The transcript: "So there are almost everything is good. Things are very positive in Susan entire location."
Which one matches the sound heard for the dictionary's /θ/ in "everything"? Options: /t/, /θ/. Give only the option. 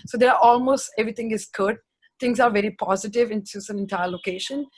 /t/